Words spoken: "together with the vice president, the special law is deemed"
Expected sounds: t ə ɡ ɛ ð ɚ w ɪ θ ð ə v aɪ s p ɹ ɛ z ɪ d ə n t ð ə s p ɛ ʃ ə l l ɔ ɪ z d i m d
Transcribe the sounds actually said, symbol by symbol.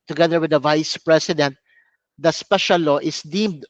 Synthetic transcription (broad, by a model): t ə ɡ ɛ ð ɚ w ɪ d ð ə v aɪ s p ɹ ɛ s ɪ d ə n t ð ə s p ɛ ʃ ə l l ɔ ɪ s d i m d